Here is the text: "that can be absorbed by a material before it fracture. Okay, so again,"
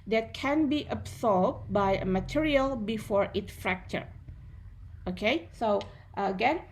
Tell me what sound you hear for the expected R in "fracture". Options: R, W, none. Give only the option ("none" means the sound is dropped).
R